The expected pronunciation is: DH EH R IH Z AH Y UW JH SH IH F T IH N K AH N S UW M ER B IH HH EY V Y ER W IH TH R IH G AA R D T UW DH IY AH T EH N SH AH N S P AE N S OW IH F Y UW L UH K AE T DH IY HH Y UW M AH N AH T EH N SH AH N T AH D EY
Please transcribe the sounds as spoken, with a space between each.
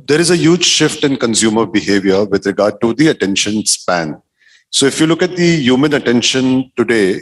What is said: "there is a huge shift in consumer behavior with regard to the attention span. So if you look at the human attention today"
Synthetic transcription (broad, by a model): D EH R IH Z AH Y UW JH SH IH F T IH N K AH N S UW M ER B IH HH EY V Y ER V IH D R IH G AA R D T UW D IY AH T EH N SH AH N S P AE N S OW IH F Y UW L UH K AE T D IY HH Y UW M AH N AH T EH N SH AH N T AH D EY